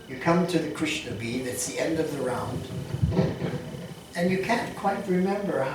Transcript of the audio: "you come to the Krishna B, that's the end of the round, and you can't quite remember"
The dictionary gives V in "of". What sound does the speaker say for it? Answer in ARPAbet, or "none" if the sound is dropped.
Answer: V